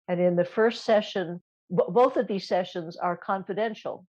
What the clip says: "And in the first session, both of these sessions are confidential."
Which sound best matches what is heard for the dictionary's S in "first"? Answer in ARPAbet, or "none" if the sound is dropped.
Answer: S